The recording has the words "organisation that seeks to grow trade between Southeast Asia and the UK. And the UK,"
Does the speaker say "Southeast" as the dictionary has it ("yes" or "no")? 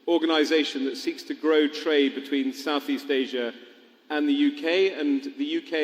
yes